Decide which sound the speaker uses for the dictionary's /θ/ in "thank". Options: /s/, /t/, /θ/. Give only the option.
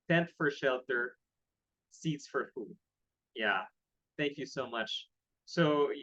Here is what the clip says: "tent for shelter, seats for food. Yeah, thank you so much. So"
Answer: /θ/